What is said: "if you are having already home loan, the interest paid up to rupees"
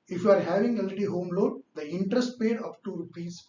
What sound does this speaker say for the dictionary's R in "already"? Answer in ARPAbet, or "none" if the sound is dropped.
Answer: none